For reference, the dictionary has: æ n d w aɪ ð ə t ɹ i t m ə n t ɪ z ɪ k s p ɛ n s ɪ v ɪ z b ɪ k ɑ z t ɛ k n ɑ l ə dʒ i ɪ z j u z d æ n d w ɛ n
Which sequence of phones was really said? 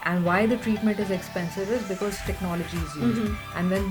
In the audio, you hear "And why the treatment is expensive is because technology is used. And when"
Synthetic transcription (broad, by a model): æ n d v aɪ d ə t ɹ i t m ə n t ɪ z ɪ k s p ɛ n s ɪ v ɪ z b ɪ k ɑ z t ɛ k n ɑ l ə dʒ i ɪ z j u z æ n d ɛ n